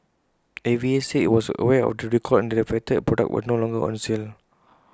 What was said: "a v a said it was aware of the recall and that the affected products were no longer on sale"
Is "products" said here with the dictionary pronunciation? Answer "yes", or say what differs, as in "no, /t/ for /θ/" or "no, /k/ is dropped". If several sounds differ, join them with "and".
no, /s/ is dropped